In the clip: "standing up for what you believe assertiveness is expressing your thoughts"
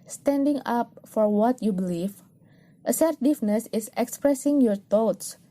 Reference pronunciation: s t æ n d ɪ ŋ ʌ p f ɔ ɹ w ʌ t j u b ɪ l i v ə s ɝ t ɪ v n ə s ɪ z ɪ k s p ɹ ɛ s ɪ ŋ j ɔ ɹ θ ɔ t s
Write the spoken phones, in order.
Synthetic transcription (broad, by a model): s t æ n d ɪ ŋ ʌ p f ɔ ɹ w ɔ t j u b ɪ l i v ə s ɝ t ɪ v n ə s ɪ s ɪ k s p ɹ ɛ s ɪ ŋ j ɔ ɹ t ɔ t s